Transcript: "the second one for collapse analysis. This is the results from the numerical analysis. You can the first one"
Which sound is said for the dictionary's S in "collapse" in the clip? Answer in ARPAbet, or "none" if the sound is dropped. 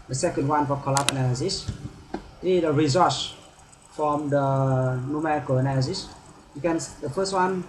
none